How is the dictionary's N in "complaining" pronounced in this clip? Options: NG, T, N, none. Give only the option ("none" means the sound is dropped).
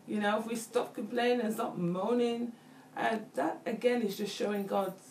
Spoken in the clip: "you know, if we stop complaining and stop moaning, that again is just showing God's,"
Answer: none